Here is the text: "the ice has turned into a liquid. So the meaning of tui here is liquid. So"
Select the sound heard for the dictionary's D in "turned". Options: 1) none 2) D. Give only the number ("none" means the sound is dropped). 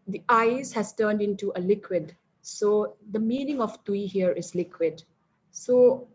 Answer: 2